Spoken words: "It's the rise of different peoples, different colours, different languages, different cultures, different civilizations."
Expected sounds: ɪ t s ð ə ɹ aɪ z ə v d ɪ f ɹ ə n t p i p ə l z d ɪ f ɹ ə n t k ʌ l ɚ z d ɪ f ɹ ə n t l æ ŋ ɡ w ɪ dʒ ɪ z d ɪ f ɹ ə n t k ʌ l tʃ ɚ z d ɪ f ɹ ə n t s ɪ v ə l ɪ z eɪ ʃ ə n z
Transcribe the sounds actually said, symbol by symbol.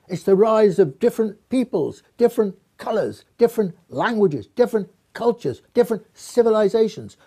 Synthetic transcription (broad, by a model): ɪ t s ð ə ɹ aɪ z ə v d ɪ f ɹ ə n p i p ə l z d ɪ f ɹ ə n k ʌ l ɚ z d ɪ f ɹ ə n t l æ ŋ ɡ w ɪ dʒ ɪ z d ɪ f ɹ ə n k ʌ l tʃ ɚ z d ɪ f ɹ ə n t s ɪ v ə l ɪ z eɪ ʃ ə n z